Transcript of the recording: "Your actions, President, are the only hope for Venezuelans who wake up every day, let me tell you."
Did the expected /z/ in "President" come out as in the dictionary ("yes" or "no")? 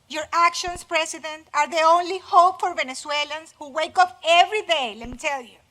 no